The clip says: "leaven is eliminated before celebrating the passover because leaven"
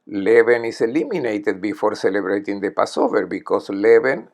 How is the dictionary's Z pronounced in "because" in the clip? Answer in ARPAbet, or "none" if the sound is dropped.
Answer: S